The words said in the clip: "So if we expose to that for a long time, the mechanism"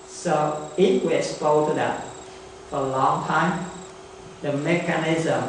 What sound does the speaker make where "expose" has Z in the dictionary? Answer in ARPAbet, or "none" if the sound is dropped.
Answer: none